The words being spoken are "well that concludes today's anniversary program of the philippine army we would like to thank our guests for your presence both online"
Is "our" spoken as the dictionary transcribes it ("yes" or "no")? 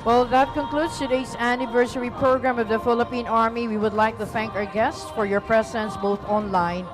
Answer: yes